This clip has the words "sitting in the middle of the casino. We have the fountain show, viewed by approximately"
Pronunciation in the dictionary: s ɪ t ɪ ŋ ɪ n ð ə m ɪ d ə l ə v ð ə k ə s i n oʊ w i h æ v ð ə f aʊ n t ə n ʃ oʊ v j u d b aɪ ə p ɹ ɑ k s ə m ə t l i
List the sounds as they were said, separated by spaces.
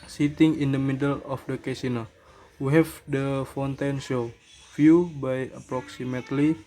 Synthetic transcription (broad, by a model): s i t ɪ ŋ ɪ n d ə m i d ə l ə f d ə k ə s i n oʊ w i h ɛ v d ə f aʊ n t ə n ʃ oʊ f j u b aɪ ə p ɹ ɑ k s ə m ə t l i